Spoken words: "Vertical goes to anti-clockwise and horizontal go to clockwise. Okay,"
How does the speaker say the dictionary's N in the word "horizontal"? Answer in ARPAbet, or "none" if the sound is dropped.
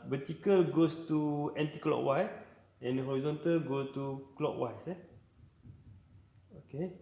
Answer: N